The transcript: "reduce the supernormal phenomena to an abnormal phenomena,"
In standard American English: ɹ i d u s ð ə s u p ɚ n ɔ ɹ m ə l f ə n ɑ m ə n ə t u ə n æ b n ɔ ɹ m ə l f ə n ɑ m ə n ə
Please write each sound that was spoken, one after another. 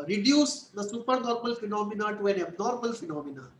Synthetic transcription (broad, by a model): ɹ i d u s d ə s u p ɚ n ɔ ɹ m ə l f ə n ɑ m ə n ə t u ə n æ b n ɔ ɹ m ə l f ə n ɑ m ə n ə